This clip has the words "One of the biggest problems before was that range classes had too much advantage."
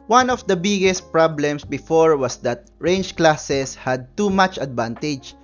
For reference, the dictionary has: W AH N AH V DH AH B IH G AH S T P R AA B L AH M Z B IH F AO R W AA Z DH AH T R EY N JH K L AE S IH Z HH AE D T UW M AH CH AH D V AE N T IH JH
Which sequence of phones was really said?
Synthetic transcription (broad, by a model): W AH N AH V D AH B IH G AH S T P R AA B L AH M S B IH F AO R W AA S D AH T R EY N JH K L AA S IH S HH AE D T UW M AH CH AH D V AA N T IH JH